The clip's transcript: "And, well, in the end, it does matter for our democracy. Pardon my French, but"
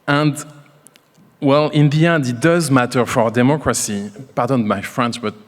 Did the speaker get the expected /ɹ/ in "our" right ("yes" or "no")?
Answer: yes